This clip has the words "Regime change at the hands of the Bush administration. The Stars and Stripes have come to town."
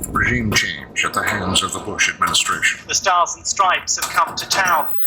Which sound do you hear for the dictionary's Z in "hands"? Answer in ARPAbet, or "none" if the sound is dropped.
Z